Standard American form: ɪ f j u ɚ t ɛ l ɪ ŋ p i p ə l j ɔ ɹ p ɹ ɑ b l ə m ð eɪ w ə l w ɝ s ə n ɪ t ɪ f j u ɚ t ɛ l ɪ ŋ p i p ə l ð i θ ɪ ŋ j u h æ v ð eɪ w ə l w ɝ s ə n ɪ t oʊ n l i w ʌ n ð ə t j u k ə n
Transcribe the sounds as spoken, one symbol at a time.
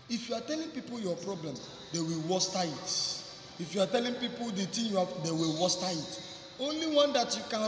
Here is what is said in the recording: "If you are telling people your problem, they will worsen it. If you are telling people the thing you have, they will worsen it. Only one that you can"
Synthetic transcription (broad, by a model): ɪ f j u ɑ t ɛ l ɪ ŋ p i p ə l j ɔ p ɹ ɑ b l ə m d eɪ w ə l w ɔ s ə ɪ t ɪ f j u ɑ t ɛ l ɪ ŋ p i p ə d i t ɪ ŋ j u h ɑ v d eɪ w ə l w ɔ s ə ɪ t oʊ n l i w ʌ n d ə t j u k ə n